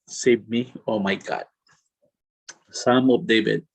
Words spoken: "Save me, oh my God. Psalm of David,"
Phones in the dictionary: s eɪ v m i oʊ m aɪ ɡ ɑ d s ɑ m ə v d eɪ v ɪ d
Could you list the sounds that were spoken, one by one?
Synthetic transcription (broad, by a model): s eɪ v m i oʊ m aɪ ɡ ɑ d s ɑ m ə p d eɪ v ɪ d